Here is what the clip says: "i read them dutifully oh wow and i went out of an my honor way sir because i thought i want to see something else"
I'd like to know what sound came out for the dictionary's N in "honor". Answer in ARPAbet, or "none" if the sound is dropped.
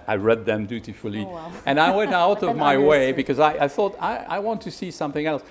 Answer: none